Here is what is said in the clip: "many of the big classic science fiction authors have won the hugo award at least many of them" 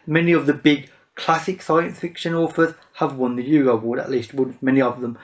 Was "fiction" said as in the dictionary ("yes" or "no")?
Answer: yes